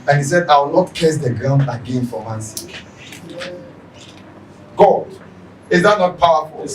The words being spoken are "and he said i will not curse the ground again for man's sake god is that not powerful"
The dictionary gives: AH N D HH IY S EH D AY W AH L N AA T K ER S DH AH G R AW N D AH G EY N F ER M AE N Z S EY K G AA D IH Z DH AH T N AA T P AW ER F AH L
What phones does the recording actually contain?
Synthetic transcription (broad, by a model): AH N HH IY S EH D AY W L N AA T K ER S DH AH G R AW N D AH G EY N F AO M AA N S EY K G AA D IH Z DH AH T N AA T P AW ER F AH L